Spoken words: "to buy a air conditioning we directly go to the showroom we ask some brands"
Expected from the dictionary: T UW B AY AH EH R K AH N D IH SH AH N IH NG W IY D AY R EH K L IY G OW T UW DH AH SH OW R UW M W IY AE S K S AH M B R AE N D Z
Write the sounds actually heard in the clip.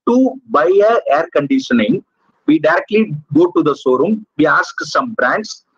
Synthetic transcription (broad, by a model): T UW B AY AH EH R K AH N D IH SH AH N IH NG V IY D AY R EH K L IY G OW T UW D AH S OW R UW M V IY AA S K S AH M B R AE N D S